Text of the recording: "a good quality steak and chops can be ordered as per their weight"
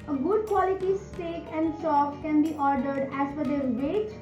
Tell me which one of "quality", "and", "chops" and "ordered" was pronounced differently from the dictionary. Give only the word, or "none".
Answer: chops